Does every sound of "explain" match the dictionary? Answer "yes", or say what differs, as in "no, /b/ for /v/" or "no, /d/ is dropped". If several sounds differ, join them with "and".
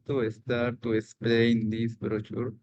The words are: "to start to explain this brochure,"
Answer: yes